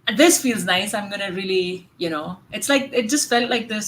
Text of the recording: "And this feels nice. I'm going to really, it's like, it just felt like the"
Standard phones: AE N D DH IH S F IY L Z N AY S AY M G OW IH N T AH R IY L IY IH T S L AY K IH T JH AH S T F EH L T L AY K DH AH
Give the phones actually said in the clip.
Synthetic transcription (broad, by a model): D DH IH S F IY L Z N AY S AY M G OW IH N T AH L IY N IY IH T S L AY K IH T JH AH S T F EH L T L AY K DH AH